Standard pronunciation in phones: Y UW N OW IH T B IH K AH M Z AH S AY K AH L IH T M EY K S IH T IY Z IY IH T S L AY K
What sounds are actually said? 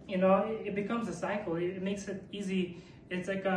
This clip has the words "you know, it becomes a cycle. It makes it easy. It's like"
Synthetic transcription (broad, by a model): Y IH N OW IH T B IH K AH M Z AH S AY K L IH T M EY K S IH T IY Z IY IH T S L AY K